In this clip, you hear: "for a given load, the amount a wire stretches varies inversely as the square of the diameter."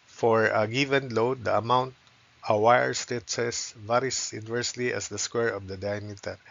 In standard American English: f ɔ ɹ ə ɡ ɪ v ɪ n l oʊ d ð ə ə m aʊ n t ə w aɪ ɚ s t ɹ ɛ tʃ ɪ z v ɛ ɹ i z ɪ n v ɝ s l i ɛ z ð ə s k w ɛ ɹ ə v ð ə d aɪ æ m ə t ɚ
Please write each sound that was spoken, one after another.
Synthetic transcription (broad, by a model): f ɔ ɹ ə ɡ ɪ v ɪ n l oʊ d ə ə m aʊ n t ə w aɪ ɚ s t ɹ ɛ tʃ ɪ s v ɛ ɹ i s ɪ n v ɝ s l i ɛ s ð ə s k w ɛ ɹ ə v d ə d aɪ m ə t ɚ